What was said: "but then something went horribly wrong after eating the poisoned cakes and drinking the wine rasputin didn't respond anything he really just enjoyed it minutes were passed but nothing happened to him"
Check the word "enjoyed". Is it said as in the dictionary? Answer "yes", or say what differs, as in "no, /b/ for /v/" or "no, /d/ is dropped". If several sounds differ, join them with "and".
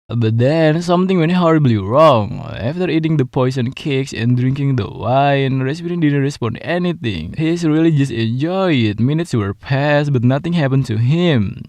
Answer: no, /d/ is dropped